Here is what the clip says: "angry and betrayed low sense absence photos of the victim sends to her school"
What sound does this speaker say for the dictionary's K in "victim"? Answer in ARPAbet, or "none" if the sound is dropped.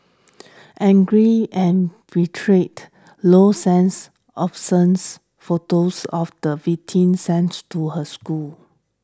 none